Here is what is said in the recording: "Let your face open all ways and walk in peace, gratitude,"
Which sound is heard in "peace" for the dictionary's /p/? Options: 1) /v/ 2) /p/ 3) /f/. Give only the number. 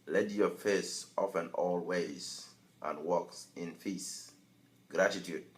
3